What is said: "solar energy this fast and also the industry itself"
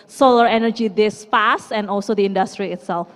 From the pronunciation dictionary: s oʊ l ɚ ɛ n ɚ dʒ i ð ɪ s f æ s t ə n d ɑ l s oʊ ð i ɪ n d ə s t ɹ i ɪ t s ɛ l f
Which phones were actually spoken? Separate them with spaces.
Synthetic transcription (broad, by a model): s oʊ l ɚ ɛ n ɚ dʒ i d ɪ s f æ s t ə n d ɑ l s oʊ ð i ɪ n d ə s t ɹ i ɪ t s ɛ l f